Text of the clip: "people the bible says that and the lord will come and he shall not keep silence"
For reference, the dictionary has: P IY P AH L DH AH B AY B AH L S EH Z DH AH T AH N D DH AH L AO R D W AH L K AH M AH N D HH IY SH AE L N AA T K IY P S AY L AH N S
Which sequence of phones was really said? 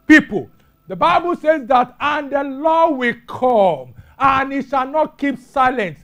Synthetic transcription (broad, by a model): P IY P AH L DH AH B AY B AH L S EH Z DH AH T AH N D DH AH L AO W AH L K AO M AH N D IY SH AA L N AA T K IY P S AY L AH N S